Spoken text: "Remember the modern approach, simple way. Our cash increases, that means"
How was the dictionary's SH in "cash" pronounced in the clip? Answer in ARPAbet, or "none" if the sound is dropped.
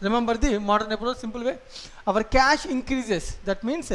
SH